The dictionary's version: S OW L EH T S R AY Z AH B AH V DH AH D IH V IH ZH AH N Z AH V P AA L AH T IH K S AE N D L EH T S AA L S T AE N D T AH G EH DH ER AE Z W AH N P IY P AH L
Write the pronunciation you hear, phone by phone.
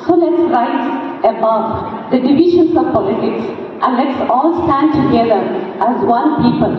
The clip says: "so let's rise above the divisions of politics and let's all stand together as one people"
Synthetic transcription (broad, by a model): S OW L EH T S R AY S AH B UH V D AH D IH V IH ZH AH N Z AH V P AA L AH T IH K S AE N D L EH T S AA L S T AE N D T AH G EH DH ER AE Z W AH N P IY P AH L